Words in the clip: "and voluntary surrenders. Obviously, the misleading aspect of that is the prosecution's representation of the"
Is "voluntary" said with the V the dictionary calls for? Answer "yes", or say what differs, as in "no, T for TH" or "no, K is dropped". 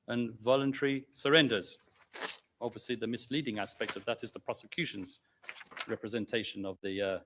yes